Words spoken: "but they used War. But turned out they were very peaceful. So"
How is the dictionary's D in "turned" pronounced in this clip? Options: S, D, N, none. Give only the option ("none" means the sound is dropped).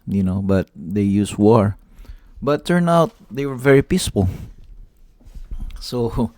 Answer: none